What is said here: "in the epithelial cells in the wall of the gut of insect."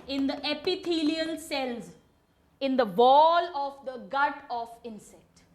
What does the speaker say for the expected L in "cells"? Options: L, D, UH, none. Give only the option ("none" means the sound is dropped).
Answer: L